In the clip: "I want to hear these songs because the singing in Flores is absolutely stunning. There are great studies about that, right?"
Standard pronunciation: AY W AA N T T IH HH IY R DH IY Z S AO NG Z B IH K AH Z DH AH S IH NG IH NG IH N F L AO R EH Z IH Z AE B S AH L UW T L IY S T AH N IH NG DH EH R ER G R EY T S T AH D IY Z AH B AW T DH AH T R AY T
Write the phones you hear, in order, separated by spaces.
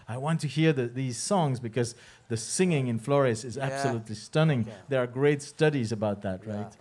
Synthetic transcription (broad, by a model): AY W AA N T T IH HH IY R DH IY Z S AO NG Z B IH K AH Z DH AH S IH NG IH NG IH N F L AO R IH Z IH Z AE B S AH L UW T L IY S T AH N IH NG DH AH R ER G R EY T S T AH D IY Z AH B AW T DH AH T R AY T